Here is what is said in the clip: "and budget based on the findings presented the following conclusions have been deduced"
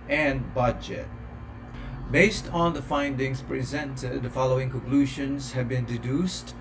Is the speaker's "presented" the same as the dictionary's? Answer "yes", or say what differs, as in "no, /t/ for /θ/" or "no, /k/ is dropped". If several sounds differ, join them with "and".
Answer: yes